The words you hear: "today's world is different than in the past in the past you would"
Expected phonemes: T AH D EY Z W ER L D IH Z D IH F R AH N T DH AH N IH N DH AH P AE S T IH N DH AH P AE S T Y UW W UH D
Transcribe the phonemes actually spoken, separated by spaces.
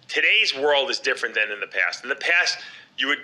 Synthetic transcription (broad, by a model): T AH D EY Z W ER L D IH Z D IH F R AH N DH AH N IH N DH AH P AE S T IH N DH AH P AE S T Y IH W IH D